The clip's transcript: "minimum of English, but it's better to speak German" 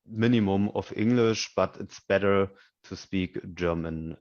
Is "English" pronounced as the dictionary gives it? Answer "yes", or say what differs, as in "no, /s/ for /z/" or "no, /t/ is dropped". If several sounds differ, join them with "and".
yes